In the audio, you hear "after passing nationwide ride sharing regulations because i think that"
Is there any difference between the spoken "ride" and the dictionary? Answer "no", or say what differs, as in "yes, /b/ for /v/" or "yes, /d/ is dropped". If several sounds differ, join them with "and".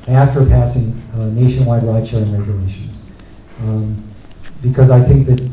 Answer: yes, /l/ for /ɹ/